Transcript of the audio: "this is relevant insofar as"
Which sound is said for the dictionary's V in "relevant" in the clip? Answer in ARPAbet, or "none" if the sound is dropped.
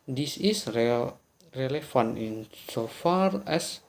F